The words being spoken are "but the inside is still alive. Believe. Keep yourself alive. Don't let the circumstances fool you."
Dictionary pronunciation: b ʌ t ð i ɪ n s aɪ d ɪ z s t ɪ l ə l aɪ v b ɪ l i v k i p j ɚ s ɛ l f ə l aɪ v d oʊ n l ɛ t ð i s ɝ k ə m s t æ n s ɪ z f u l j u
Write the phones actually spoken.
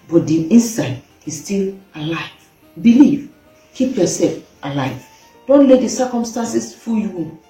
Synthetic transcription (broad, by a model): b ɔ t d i ɪ n s aɪ d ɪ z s t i l ə l aɪ v b ɪ l i v k i p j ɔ s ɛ l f ə l aɪ v d oʊ n l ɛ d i s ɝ k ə m s t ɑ n s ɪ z f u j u